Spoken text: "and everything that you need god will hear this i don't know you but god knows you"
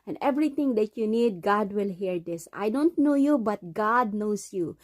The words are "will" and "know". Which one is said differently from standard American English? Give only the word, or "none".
none